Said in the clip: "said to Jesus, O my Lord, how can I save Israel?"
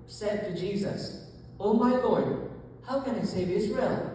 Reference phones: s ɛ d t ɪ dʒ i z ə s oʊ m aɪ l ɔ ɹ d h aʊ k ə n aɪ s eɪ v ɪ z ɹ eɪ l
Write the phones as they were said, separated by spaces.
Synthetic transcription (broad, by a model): s ɛ d t ɪ dʒ i z ə s oʊ m aɪ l ɔ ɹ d h aʊ k ə n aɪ s eɪ v ɪ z ɹ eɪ l